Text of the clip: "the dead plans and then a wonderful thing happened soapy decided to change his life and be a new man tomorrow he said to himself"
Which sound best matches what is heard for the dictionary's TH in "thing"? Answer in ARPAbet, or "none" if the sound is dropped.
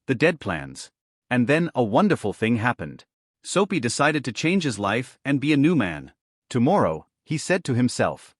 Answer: TH